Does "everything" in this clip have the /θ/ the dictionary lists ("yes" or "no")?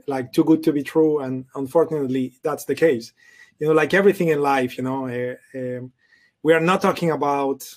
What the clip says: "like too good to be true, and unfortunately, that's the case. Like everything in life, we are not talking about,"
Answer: yes